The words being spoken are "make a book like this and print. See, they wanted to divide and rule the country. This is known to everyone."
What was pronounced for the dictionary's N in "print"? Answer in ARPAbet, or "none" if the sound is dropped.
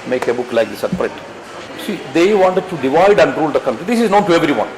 none